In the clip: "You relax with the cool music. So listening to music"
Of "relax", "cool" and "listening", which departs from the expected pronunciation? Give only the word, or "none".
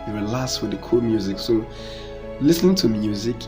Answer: relax